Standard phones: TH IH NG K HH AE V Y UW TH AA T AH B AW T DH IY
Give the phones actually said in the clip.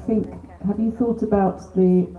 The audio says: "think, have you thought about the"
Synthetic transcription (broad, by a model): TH IH NG K HH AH V Y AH TH AA T AH B AW T DH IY